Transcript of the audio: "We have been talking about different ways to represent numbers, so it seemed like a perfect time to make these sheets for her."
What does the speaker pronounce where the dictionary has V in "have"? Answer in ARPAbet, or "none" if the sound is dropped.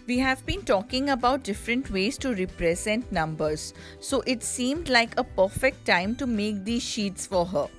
V